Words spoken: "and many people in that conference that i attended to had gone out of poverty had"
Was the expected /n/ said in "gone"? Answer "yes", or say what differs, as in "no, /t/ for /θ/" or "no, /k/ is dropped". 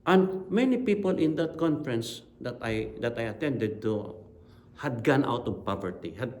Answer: yes